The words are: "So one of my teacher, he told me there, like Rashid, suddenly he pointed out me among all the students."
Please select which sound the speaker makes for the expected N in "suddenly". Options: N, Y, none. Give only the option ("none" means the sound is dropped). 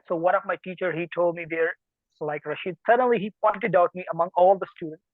N